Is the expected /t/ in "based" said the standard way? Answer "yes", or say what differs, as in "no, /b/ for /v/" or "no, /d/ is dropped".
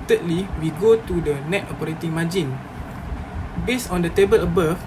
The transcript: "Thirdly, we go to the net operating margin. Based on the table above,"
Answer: no, /t/ is dropped